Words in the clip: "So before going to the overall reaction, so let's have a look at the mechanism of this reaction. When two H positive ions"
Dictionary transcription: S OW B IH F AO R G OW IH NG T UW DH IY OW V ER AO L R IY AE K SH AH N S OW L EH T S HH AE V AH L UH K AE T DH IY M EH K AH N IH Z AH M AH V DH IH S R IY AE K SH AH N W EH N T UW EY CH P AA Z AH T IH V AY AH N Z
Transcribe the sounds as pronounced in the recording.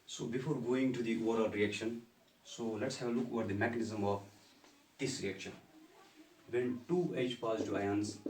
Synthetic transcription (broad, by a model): S OW B IH F AO R G OW IH NG T UW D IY OW V ER AO L R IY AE K SH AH N S OW L EH T S HH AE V AH L UH K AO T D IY M EH K AH N IH Z AH M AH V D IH S R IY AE K SH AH N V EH N T UW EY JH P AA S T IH AY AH N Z